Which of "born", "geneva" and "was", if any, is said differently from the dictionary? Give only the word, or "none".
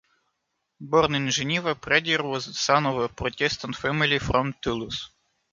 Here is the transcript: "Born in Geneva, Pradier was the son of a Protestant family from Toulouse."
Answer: geneva